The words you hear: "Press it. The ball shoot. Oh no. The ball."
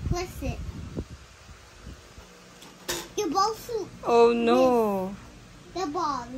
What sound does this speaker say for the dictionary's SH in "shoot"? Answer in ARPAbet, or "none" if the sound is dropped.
S